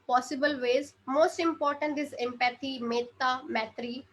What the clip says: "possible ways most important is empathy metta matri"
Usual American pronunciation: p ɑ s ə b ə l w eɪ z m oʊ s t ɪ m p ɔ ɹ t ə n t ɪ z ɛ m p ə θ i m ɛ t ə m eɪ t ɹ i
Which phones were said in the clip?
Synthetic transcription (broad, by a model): p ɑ s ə b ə l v eɪ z m oʊ s t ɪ m p ɔ ɹ t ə n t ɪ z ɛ m p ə t i m ɛ t ə m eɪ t ɹ i